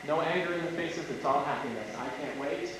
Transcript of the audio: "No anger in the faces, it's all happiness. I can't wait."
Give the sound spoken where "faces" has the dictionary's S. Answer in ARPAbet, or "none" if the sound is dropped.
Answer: S